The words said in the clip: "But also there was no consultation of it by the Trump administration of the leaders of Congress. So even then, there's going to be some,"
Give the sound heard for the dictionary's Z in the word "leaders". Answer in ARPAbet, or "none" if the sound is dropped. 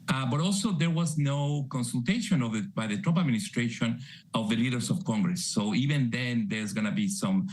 S